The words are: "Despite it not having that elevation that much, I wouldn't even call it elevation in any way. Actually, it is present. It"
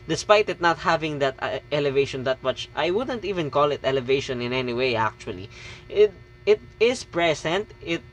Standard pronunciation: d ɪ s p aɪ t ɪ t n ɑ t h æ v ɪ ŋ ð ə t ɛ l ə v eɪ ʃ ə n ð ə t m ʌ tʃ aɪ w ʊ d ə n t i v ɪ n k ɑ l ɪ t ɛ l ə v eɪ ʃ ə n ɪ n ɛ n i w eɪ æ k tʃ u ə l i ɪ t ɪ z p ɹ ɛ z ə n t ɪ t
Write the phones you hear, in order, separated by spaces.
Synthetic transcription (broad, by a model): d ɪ s p aɪ t ɪ t n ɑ t h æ v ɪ ŋ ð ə t ɛ l ə v eɪ ʃ ə n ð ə t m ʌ tʃ aɪ w ʊ d ə n t i v ɪ n k ɑ l ɪ t ɛ l ə v eɪ ʃ ə n ɪ n ɛ n i w eɪ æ k tʃ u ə l i ɪ t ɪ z p ɹ ɛ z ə n t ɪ t